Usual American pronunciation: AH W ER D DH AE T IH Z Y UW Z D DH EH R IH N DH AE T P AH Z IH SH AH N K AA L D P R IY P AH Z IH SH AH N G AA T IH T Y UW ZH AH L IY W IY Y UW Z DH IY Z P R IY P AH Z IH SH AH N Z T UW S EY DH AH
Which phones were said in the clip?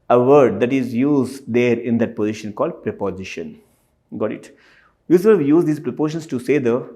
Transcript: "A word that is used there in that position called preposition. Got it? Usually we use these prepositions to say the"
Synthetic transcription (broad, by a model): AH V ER D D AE T IH Z Y UW Z D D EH R IH N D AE T P AH Z IH SH AH N K AA L D P R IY P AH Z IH SH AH N G AA T IH T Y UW S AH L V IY Y UW Z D IY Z P R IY P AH SH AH N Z T UW S EY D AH